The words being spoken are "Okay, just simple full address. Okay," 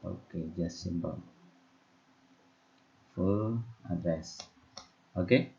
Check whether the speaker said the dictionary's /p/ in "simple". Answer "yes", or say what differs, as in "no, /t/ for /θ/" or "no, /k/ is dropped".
no, /b/ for /p/